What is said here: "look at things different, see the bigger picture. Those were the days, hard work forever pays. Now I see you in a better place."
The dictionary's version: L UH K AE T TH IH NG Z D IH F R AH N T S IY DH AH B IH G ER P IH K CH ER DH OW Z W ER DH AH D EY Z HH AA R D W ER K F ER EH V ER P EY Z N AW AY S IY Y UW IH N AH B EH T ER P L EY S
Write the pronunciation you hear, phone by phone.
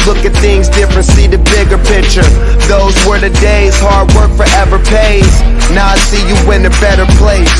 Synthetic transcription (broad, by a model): L UH K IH T TH IH NG Z D IH F R AH N T S IY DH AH B IH G ER P IH K CH ER DH OW Z W ER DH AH D EY Z HH AA R D W ER K F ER EH V ER P EY Z N AW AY S IY Y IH IH N AH B EH T ER P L EY S